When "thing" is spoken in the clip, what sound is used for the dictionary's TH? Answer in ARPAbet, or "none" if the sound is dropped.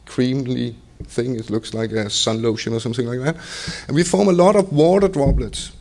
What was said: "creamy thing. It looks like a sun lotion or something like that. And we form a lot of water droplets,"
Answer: TH